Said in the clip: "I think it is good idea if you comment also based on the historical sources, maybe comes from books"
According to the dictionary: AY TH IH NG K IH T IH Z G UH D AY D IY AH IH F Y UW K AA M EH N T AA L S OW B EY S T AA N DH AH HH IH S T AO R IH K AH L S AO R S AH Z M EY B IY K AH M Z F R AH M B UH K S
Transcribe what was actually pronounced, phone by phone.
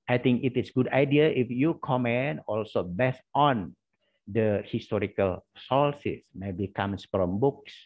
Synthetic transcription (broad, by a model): AY T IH NG K IH T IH S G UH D AY D IY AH IH F Y UW K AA M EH N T AA L S OW B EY S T AA N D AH HH IH S T AO R IH K AH L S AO L S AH S M EY B IY K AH M S F R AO M B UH K S